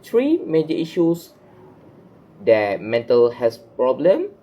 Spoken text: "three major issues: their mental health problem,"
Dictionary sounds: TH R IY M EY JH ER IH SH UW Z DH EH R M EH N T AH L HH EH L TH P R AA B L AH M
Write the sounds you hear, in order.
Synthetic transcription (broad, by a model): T R IY M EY JH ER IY SH UW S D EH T M EH N T AH L HH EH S P R AA B L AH M